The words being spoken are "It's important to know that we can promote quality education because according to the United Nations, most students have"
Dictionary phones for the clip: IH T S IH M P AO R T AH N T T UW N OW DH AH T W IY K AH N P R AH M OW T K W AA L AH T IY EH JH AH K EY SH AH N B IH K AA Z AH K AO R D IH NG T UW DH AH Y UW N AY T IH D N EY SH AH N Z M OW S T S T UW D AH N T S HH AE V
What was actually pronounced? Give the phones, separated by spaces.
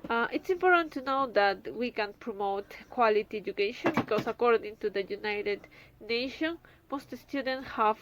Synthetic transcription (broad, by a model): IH T S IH M P AO R T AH N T T UW N OW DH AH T W IY K AH N P R AH M OW T K W AA L AH T IY EH JH AH K EY SH AH N B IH K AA S AH K AO R D IH NG T UW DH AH Y UW N AY T IH D N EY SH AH N M OW S T S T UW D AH N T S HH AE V